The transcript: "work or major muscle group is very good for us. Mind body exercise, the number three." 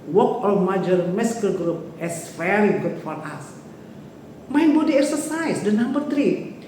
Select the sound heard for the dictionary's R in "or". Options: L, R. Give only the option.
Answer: L